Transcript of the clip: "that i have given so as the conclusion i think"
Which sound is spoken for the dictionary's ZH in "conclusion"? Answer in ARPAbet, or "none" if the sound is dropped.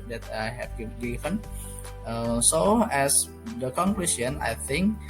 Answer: S